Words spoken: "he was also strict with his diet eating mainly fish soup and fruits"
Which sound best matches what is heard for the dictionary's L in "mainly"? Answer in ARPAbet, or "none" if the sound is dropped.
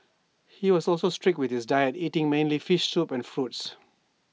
L